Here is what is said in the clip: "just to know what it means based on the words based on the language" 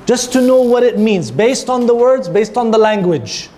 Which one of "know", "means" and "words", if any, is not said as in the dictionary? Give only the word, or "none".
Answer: none